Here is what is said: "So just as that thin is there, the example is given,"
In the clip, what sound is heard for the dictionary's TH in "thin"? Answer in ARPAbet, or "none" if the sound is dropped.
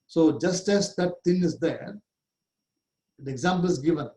T